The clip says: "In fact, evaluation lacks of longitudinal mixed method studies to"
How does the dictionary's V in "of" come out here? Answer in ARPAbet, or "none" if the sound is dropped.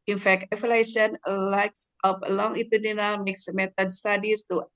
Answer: P